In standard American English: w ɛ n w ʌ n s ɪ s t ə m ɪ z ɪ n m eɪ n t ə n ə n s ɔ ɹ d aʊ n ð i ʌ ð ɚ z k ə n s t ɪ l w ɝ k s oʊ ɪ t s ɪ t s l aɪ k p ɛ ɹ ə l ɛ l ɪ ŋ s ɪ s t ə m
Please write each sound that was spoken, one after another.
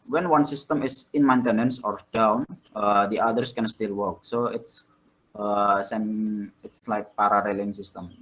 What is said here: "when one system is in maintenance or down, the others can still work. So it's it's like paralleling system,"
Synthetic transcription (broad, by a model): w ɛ n w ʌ n s ɪ s t ə m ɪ s ɪ n m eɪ n t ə n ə n s ɔ ɹ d aʊ n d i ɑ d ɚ s k ə n s t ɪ l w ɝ k s oʊ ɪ t s ɪ t s l aɪ k p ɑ ɹ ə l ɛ l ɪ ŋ s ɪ s t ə m